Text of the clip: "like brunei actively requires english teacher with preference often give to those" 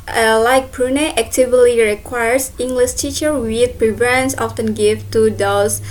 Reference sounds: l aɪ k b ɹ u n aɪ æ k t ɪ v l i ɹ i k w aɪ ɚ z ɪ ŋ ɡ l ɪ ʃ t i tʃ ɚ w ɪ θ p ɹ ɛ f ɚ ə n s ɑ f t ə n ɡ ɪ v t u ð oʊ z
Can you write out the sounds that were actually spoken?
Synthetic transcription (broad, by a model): l aɪ k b ɹ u n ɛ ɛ k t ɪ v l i ɹ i k w aɪ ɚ s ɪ ŋ ɡ l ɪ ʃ t i tʃ ɚ w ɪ p ɹ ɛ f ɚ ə n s ɑ f t ə n ɡ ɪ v t u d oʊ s